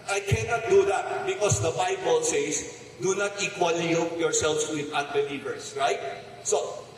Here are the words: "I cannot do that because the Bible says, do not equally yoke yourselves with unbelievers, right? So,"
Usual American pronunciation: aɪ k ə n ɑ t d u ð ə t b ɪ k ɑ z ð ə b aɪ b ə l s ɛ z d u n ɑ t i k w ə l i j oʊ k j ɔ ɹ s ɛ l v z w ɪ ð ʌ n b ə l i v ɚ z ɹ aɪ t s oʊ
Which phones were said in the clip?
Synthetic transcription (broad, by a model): aɪ k ə n ɑ t d u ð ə t b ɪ k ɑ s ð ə b aɪ b ə l s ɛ s d u n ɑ t i k w ə l i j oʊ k j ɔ ɹ s ɛ l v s w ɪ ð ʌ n b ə l i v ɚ s ɹ aɪ t s oʊ